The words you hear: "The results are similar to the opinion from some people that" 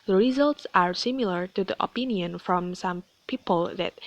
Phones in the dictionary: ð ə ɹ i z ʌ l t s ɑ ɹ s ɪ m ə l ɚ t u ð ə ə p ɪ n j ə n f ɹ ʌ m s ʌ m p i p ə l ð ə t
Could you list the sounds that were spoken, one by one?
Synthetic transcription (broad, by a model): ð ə ɹ i z ʌ l t s ɑ ɹ s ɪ m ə l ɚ t u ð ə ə p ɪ n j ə n f ɹ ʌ m s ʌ m p i p ə l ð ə t